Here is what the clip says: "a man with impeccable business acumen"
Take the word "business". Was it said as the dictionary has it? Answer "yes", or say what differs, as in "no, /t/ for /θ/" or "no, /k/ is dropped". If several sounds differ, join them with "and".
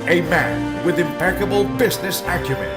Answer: yes